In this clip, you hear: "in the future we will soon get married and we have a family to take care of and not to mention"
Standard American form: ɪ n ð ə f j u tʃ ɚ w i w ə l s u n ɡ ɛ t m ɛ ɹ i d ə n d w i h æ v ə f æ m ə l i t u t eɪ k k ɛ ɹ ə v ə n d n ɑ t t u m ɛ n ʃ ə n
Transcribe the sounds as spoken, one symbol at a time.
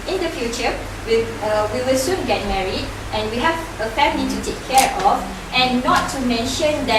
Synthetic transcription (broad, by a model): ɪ n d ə f j u tʃ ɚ w i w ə w s u n ɡ ɛ t m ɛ ɹ i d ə n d w i h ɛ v ə f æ m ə l i t u t eɪ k k ɛ ɹ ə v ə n n ɑ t t u m ɛ n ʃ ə n